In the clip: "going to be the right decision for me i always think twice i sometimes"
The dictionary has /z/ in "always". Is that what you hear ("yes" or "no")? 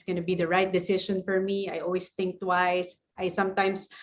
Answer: no